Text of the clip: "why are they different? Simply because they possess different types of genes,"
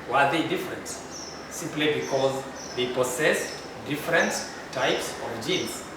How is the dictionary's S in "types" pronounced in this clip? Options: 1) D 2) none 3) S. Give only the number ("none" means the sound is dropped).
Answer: 3